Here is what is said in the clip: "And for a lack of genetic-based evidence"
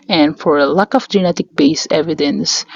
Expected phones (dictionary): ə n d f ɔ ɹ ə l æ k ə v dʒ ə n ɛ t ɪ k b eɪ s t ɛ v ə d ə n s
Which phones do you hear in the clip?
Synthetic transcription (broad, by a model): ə n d f ɔ ɹ ə l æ k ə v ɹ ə n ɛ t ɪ k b eɪ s ɛ v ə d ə n s